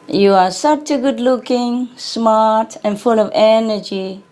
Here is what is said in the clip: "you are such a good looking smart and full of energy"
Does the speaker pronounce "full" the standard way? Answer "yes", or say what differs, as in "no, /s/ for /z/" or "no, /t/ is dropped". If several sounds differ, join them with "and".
yes